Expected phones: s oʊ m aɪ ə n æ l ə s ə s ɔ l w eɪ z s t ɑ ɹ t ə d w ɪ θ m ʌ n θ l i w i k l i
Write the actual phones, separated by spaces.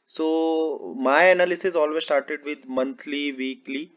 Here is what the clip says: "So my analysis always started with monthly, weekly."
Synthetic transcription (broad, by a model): s oʊ m aɪ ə n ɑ l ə s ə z ɔ l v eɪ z s t ɑ ɹ t ə d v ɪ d m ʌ n t l i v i k l i